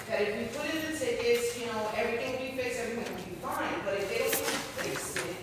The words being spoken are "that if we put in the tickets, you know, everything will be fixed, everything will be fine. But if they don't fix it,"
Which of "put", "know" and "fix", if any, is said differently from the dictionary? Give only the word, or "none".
fix